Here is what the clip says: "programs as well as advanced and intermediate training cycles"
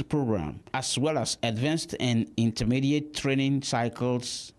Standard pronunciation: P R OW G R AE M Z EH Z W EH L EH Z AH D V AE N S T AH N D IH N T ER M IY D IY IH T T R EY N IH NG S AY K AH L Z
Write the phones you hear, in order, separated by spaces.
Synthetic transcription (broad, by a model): P R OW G R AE M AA S W EH L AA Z AH D V AE N S T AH N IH N T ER M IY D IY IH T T R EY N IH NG S AY K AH L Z